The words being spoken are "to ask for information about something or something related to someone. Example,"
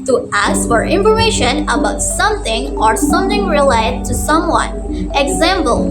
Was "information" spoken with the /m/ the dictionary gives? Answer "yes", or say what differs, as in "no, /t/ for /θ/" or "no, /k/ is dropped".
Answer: no, /m/ is dropped